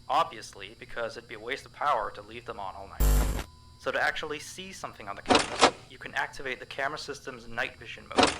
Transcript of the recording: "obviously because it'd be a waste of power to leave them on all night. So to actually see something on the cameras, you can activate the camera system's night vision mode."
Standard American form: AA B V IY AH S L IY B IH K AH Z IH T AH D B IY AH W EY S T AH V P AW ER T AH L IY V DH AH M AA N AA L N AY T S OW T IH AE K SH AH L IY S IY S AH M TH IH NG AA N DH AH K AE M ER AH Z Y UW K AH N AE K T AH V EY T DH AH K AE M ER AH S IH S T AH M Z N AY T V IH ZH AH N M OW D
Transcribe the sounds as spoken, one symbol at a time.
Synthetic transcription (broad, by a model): AA B V IY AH S L IY B IH K AH Z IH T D B IY AH W EY S T AH V P AW ER T AH L IY V DH AH M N AA L N AY T S OW T IH AE K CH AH L IY S IY S AH M TH IH NG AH N DH AH K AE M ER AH Y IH K AH N AE K T AH V EY T DH AH K AE M ER AH S IH S T AH M Z N AY T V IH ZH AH N M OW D